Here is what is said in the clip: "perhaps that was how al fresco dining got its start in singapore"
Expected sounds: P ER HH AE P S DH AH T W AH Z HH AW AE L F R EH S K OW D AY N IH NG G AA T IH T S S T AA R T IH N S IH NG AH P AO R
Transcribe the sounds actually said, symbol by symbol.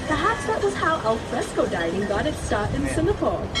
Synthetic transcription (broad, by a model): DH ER HH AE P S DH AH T W AH Z HH AW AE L F R EH S K OW D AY IH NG G AA T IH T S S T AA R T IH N S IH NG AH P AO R